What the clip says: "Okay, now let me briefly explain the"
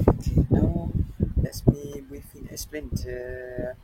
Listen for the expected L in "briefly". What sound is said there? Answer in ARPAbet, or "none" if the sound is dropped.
none